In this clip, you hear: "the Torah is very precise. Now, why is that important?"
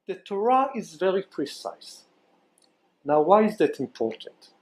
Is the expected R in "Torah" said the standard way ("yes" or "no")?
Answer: yes